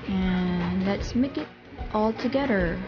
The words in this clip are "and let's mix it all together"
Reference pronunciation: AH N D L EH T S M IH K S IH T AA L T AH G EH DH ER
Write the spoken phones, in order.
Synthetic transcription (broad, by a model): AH N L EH T S M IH K IH T AA L T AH G EH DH ER